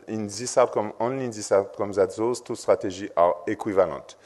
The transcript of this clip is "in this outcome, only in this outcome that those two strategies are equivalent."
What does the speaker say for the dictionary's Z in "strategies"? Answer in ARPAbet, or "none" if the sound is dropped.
none